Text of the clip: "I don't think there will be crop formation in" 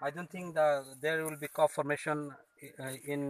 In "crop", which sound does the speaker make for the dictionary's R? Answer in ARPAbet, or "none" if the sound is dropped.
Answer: none